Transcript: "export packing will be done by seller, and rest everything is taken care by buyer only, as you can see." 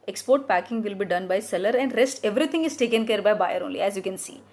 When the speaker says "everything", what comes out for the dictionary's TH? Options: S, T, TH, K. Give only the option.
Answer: T